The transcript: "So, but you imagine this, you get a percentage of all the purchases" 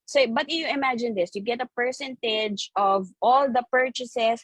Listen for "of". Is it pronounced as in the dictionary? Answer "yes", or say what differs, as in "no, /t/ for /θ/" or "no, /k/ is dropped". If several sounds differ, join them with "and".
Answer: yes